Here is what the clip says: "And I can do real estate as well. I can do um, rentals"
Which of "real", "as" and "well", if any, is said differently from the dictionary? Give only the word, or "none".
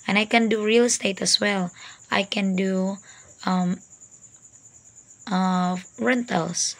as